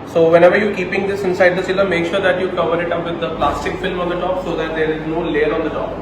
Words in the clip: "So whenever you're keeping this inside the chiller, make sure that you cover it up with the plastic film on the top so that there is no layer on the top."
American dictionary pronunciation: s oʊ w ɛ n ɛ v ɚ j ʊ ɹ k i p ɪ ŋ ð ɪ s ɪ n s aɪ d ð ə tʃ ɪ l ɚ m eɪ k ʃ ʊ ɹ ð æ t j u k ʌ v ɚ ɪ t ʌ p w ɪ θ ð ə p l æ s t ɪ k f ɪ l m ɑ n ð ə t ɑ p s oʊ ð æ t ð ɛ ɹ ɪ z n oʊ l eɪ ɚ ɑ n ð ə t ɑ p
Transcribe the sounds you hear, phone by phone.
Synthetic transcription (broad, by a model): s oʊ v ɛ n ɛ v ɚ j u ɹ k i p ɪ ŋ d ɪ s ɪ n s aɪ d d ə s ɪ l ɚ m eɪ k ʃ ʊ ɹ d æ t j u k ʌ v ɚ ɪ t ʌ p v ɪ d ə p l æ s t ɪ k f ɪ l m ɑ n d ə t ɑ p s oʊ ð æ t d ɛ ɹ ɪ z n oʊ l eɪ ɚ ɑ n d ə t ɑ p